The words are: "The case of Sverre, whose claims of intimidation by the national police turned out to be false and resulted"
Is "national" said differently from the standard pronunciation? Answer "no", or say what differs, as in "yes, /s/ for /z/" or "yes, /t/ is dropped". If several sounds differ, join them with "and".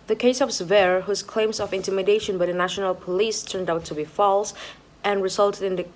no